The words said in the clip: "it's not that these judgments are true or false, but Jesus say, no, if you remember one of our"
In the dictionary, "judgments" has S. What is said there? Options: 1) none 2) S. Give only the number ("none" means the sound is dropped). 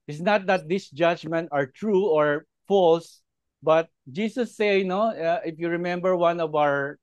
1